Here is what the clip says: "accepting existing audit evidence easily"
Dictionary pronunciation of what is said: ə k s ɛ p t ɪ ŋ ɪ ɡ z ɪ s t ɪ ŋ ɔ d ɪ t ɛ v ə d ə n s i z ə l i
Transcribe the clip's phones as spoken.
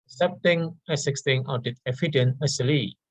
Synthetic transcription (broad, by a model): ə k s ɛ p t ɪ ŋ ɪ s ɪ s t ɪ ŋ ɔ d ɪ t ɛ f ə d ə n ʌ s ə l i